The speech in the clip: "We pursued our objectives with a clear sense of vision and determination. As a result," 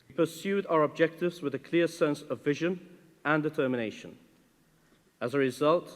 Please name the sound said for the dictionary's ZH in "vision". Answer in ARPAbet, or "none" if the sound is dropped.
ZH